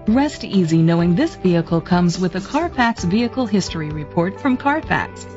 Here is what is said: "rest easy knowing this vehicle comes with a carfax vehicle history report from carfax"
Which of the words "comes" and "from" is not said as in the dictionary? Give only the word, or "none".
none